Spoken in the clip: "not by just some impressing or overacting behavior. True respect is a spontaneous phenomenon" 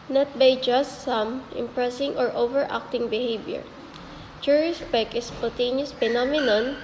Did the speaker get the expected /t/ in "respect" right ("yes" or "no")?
no